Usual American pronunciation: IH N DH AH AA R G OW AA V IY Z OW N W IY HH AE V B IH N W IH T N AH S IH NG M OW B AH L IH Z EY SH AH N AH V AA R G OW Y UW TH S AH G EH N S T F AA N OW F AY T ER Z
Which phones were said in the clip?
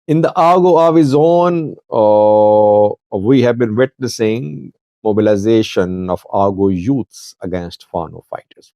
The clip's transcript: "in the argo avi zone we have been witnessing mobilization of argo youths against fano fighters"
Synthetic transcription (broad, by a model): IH N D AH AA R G OW AA V IY Z OW N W IY HH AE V B IH N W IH T N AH S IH NG M OW B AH L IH Z EY SH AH N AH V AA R G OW Y UW T S AH G EH N S T F AA N OW F AY T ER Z